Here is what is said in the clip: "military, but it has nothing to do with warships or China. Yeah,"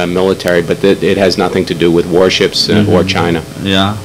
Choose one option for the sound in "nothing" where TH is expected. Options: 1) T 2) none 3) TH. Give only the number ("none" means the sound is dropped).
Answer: 3